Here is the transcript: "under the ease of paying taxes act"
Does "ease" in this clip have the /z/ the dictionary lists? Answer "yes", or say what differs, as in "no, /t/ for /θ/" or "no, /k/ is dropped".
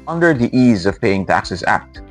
yes